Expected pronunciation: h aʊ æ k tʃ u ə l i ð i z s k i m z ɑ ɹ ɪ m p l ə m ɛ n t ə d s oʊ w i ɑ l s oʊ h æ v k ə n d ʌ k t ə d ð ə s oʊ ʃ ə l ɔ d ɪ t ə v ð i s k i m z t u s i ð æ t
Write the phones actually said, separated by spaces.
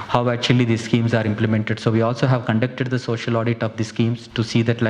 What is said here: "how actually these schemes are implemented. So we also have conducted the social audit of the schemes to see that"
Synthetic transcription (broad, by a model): h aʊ æ k tʃ u ə l i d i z s k i m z ɑ ɹ ɪ m p l ə m ɛ n t ə d s oʊ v i ɑ l s oʊ h æ v k ə n d ʌ k t ə d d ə s oʊ ʃ ə l ɔ d ɪ t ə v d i s k i m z t u s i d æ t